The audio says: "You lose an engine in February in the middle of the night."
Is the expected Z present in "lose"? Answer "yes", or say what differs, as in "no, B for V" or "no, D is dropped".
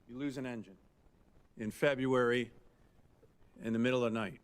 yes